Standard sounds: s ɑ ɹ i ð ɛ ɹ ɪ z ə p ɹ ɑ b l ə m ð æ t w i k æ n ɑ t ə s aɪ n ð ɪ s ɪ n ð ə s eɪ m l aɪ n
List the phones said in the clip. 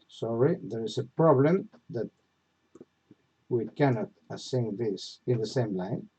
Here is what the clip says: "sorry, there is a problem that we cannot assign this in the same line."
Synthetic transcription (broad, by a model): s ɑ ɹ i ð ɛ ɹ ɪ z ə p ɹ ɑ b l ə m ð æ t w i k æ n ɑ t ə s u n ð ɪ s ɪ n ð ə s eɪ m l aɪ n